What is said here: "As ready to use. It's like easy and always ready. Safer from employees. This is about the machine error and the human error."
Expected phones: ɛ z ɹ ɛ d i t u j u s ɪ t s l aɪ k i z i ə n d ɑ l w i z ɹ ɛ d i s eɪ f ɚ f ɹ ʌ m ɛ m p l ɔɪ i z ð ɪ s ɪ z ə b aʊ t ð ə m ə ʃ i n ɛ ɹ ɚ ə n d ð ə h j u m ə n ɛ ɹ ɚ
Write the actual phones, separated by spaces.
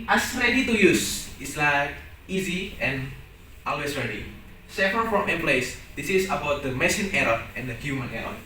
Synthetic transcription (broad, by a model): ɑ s ɹ ɛ d i t u j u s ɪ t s l aɪ k i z i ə n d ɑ l w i s ɹ ɛ d i s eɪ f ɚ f ɹ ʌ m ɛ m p l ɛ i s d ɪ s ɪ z ə b aʊ t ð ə m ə s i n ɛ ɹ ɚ ə n d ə h j u m ə n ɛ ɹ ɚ